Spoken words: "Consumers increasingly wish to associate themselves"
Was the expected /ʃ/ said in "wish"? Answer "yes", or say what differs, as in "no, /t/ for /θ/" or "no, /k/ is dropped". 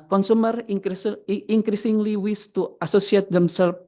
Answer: no, /s/ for /ʃ/